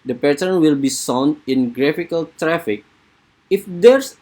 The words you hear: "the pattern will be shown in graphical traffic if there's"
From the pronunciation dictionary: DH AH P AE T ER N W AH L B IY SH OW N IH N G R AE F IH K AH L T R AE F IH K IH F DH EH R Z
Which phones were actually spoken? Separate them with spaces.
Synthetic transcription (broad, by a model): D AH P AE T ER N W AH L B IY S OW N IH N G R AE F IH K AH L T R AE F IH K IH F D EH R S